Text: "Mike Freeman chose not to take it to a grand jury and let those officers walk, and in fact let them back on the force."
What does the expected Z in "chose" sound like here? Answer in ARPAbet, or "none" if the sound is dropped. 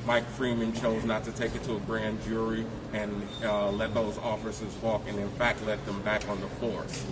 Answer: Z